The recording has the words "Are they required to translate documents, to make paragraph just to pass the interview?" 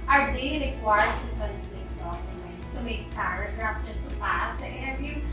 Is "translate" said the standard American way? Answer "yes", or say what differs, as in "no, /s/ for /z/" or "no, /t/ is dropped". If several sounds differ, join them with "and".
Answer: no, /ɹ/ is dropped